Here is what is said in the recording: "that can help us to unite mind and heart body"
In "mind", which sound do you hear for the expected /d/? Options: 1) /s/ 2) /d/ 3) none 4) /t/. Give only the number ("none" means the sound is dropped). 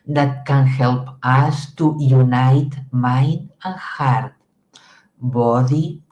3